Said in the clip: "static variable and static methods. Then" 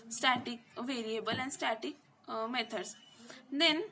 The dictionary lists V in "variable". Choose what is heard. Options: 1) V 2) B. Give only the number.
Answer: 1